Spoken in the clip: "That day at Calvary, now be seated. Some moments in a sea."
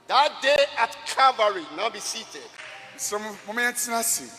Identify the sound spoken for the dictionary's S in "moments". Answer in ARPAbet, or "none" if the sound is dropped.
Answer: none